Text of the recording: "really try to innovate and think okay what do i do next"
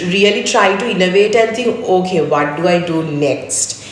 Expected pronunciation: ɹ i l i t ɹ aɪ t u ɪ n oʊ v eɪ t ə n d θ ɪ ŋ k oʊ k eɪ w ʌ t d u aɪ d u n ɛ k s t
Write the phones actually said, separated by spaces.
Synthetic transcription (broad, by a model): ɹ i l i t ɹ aɪ t u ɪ n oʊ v eɪ t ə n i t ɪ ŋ oʊ k eɪ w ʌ t d u aɪ d u n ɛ k s t